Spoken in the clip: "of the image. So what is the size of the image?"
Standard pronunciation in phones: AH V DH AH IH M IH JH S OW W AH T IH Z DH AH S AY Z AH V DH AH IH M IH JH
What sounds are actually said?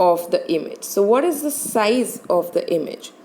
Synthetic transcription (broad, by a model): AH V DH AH IH M IH JH S OW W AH T IH Z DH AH S AY Z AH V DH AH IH M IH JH